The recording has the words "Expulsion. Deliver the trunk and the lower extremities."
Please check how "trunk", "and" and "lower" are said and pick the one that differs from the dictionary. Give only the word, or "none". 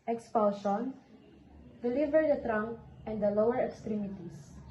trunk